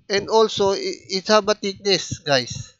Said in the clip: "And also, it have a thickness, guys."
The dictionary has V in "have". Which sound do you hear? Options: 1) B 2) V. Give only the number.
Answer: 1